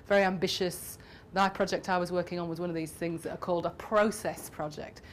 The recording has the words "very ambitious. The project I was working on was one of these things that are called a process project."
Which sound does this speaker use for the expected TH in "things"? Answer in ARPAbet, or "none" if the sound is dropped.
TH